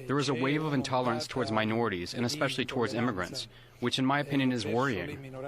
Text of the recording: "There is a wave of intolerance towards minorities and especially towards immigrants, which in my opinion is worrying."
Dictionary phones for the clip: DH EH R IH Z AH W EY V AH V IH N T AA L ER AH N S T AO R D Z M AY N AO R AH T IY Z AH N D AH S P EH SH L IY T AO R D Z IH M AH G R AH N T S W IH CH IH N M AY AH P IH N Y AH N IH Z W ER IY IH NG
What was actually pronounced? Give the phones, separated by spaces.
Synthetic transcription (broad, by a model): DH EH R IH Z AH W EY V AH V IH N T AA L ER AH N S T AO R D Z M AY N AO R AH T IY Z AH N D AH S P EH SH L IY T AO R D Z IH M AH G R AH N T S W IH CH IH N M AY AH P IH N Y AH N IH Z W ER IY IH NG